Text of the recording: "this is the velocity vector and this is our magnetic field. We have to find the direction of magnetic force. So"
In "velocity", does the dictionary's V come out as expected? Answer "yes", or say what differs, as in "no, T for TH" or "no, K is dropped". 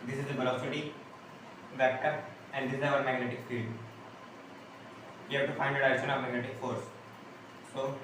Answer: no, B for V